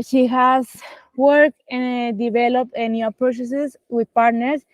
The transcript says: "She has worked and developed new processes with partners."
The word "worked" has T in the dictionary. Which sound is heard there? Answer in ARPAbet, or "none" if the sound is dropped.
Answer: none